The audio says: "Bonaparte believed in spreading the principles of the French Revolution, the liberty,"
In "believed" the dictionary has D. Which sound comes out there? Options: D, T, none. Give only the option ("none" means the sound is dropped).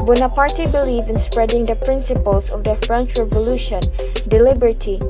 none